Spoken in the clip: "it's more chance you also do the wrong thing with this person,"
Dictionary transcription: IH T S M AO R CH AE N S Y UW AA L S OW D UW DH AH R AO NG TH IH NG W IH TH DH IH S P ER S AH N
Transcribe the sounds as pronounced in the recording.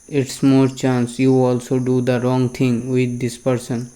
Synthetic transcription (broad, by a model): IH T S M AO R CH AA N S Y UW AA L S OW D UW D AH R AO NG T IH NG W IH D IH S P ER S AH N